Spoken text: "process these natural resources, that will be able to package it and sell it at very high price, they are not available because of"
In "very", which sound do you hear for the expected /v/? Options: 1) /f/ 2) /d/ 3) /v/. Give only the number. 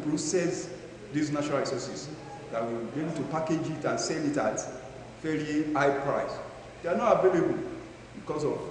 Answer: 1